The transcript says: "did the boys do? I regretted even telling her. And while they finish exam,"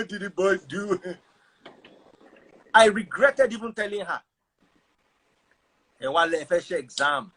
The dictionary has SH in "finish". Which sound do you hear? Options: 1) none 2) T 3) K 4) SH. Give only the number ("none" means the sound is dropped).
1